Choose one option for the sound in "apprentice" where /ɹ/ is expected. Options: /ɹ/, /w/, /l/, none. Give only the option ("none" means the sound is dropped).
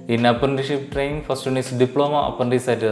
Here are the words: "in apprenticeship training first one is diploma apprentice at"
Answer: none